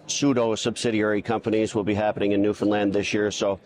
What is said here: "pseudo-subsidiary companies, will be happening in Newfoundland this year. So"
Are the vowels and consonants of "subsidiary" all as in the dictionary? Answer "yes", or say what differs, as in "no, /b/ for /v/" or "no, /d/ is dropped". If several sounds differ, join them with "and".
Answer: yes